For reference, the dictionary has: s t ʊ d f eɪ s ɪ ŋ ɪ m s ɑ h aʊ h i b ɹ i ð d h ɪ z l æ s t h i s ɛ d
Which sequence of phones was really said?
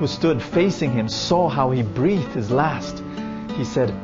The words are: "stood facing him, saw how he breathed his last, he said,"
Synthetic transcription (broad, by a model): s t ʊ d f eɪ s ɪ ŋ ɪ m s ɑ h aʊ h i b ɹ i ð h ɪ z l æ s t h i s ɛ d